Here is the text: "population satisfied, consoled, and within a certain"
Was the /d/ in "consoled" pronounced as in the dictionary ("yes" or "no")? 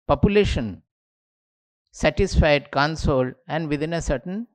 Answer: no